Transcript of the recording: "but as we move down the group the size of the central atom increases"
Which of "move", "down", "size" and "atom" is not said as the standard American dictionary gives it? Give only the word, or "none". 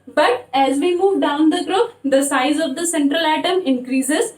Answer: none